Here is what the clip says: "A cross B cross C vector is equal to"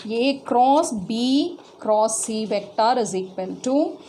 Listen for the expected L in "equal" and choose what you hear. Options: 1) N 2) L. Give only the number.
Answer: 1